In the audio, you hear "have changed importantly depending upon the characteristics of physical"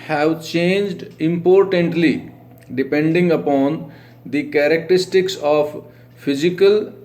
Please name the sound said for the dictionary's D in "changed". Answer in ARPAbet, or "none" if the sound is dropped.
D